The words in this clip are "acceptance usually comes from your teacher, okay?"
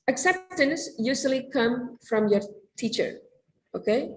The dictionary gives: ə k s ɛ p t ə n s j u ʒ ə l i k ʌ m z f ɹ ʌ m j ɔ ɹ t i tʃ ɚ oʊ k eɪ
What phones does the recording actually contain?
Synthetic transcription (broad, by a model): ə k s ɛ p t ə n s j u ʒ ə l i k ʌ m f ɹ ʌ m j ɔ ɹ t i tʃ ɚ oʊ k eɪ